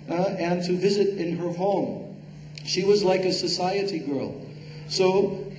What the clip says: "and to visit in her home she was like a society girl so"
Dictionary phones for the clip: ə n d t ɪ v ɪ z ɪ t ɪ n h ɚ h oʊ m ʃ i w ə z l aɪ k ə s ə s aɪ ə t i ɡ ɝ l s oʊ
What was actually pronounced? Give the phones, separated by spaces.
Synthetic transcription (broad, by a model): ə n t ɪ v ɪ z ɪ t ɪ n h ɚ h oʊ m ʃ i w ə z l aɪ k ə s ə s aɪ ə t i ɡ ɝ l s oʊ